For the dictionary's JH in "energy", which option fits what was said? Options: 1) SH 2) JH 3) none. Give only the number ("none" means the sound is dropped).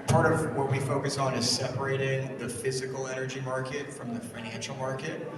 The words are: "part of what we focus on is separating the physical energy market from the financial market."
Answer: 2